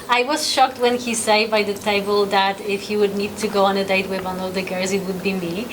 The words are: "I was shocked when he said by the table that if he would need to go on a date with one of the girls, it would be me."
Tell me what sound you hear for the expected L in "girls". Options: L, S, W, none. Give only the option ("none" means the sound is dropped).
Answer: none